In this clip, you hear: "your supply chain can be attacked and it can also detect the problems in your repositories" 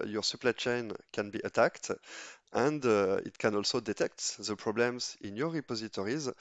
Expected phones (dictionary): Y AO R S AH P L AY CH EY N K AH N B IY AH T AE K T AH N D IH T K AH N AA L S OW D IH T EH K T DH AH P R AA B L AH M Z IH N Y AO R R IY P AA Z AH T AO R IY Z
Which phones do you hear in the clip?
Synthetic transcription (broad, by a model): Y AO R S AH P L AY CH EY N K AH N B IY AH T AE K T AH N D IH T K AH N AA L S OW D IH T EH K T DH AH P R AA B L AH M Z IH N Y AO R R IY P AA Z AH T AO R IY Z